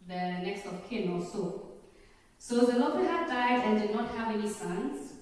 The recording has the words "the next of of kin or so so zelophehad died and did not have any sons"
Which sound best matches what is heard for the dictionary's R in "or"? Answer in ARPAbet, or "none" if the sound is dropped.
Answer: L